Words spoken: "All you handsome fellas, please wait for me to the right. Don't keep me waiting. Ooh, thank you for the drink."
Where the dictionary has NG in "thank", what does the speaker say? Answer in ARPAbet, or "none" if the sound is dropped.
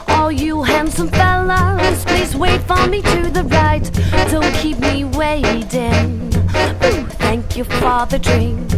NG